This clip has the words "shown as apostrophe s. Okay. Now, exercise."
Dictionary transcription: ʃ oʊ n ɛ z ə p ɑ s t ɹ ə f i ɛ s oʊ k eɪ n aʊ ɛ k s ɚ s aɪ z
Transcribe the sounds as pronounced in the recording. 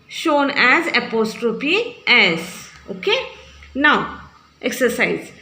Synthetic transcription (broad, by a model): ʃ oʊ n ɛ z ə p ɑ s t ɹ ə p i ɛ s oʊ k eɪ n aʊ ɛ k s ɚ s aɪ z